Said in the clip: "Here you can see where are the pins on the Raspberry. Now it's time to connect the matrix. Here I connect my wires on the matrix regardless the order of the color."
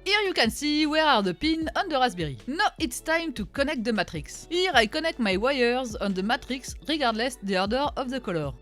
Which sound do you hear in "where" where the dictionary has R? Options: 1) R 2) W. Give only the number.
1